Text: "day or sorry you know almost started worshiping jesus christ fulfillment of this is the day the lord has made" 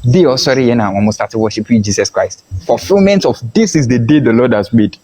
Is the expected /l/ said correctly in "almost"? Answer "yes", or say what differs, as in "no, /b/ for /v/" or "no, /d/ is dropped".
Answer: no, /l/ is dropped